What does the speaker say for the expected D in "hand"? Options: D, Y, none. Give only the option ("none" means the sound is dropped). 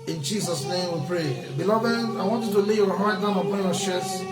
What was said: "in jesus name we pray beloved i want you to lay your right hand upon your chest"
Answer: none